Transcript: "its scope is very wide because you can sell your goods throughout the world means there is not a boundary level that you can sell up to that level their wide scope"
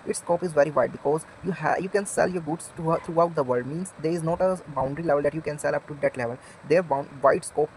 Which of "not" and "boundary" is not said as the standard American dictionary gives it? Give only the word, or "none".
none